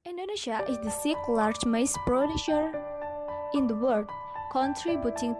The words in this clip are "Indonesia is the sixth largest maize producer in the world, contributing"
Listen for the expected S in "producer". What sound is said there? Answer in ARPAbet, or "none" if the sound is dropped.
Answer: SH